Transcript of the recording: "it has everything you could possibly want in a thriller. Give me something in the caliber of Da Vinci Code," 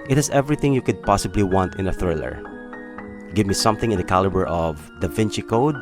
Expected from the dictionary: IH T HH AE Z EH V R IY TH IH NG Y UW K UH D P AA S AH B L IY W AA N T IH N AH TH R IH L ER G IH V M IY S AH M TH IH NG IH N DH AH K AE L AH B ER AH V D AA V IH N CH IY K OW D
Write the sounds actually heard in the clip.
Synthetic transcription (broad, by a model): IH T HH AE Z EH V R IY TH IH NG Y UW K UH D P AA S AH B L IY W AA N T IH N AH TH R IH L ER G IH V M IY S AH M TH IH NG IH N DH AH K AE L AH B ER AH V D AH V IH N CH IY K OW D